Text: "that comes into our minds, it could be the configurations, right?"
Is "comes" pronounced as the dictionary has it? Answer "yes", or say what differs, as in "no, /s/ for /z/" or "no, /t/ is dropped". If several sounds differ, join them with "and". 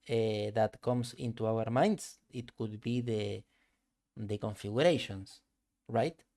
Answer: no, /s/ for /z/